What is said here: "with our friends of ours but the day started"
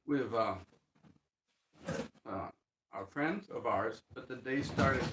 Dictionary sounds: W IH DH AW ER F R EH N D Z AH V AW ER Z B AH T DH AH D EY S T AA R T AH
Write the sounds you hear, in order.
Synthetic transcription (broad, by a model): W IH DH AW ER F R EH N D Z AH V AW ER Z B AH T DH AH D EY S T AA R T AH